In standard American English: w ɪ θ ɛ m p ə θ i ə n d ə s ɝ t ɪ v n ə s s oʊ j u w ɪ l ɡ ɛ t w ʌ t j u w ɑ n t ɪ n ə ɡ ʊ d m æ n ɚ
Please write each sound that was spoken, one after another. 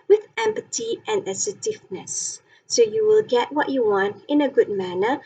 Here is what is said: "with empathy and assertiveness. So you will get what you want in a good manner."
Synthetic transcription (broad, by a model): w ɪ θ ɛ m p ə t i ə n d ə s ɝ t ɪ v n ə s s oʊ j u w ɪ l ɡ ɛ t w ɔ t j u w ɑ n t ɪ n ə ɡ ʊ d m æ n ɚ